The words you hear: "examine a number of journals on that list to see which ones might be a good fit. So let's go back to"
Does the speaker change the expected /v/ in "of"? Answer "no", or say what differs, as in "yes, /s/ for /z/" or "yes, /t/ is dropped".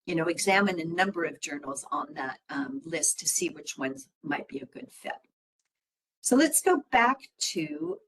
no